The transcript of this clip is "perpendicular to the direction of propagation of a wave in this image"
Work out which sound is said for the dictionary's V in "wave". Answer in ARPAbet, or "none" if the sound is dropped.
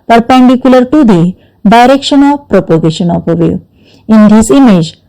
none